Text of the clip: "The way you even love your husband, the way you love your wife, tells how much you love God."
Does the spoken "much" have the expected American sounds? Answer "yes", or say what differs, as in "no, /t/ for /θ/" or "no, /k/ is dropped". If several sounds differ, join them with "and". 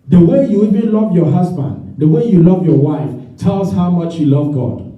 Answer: yes